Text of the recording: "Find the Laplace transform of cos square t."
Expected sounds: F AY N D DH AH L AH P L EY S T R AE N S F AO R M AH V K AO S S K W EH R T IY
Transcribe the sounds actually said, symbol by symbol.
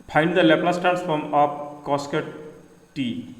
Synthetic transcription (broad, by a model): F AY N D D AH L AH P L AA S T AE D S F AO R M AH P K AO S S K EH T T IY